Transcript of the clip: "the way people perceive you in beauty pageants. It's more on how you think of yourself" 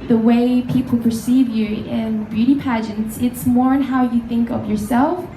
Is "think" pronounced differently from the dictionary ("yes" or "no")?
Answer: no